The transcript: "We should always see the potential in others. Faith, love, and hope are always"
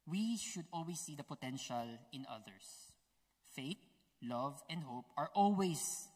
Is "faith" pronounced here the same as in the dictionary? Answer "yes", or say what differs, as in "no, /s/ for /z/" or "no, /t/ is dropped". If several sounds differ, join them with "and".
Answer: no, /t/ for /θ/